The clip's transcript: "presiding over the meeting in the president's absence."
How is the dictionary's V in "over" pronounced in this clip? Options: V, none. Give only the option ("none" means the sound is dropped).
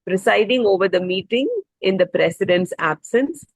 V